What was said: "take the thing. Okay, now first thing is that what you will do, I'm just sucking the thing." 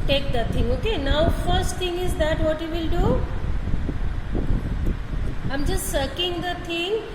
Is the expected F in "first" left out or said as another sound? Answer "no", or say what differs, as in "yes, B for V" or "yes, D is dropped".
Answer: no